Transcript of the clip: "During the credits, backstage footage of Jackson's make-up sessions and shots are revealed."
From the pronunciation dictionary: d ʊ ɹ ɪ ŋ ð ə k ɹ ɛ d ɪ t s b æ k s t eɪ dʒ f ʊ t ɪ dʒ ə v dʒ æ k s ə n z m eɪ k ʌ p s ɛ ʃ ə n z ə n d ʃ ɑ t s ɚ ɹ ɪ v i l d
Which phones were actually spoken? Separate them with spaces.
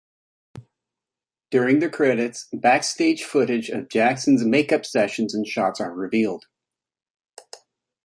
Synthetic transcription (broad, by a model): d ʊ ɹ ɪ ŋ ð ə k ɹ ɛ d ɪ t s b æ k s t eɪ dʒ f ʊ t ɪ dʒ ə v dʒ æ k s n z m eɪ k ʌ p s ɛ ʃ ə n z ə n ʃ ɑ t s ɚ ɹ ɪ v i l d